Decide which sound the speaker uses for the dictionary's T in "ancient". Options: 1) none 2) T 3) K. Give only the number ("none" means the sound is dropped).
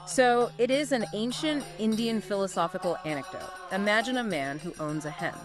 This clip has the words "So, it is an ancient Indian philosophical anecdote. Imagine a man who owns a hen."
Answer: 2